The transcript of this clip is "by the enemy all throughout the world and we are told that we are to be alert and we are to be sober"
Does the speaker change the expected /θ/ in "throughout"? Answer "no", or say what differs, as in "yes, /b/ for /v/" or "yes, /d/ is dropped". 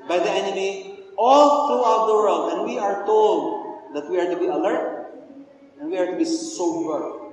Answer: yes, /t/ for /θ/